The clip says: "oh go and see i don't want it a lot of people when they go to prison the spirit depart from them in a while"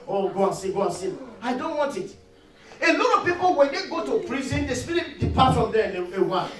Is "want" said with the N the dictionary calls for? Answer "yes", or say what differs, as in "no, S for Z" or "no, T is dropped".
yes